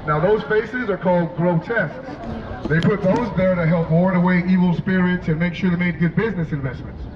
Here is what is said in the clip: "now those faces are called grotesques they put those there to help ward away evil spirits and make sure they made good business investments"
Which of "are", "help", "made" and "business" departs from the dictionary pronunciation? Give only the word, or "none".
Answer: none